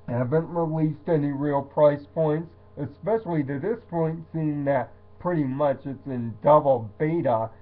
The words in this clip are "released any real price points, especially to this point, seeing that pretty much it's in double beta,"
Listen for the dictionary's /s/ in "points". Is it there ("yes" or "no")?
yes